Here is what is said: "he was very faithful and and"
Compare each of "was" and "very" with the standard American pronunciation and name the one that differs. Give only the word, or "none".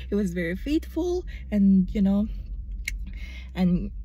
none